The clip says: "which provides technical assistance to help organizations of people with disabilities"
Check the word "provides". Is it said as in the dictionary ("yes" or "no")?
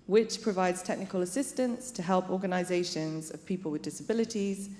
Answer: yes